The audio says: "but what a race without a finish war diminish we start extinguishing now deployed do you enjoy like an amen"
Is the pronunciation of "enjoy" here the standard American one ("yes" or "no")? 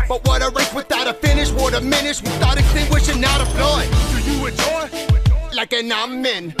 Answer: no